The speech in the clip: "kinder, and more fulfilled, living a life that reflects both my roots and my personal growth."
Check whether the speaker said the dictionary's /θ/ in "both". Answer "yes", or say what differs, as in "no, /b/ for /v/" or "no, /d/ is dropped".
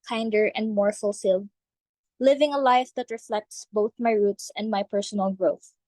yes